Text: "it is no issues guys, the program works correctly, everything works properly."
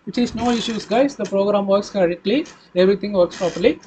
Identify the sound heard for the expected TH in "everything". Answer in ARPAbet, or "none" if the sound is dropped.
T